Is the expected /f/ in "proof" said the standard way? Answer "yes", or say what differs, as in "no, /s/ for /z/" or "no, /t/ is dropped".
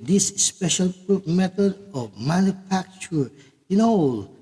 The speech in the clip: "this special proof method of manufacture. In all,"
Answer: no, /p/ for /f/